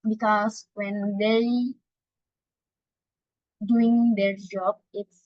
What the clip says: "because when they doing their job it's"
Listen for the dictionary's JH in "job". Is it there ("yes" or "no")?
yes